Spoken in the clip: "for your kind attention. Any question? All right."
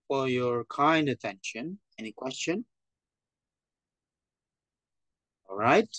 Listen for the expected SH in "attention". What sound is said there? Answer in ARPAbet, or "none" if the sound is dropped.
SH